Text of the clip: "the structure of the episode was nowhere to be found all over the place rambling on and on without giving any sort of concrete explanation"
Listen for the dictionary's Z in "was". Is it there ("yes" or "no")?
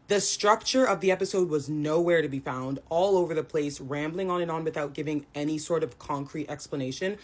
yes